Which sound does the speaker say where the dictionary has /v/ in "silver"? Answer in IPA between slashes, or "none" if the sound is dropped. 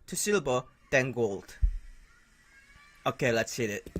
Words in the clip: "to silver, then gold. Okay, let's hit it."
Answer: /b/